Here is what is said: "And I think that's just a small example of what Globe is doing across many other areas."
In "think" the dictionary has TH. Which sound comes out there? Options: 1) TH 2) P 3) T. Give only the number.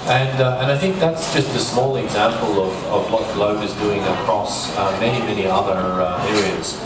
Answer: 1